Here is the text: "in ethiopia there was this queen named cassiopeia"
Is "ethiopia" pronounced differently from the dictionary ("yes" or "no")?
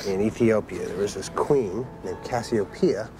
no